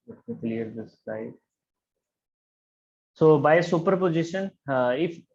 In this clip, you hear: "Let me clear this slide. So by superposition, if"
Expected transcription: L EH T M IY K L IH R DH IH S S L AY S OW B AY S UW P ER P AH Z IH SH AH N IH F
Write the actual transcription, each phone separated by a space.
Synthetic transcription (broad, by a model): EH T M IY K L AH R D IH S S AY S OW B AY S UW P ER P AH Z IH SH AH N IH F